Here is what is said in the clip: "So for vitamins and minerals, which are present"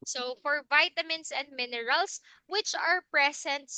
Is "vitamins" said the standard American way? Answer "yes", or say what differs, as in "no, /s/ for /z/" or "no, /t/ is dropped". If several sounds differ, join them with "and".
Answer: no, /s/ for /z/